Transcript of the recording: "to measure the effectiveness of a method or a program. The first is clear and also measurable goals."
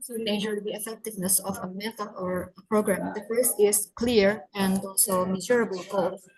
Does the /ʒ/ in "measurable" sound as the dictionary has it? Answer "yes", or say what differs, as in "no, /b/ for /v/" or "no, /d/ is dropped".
no, /z/ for /ʒ/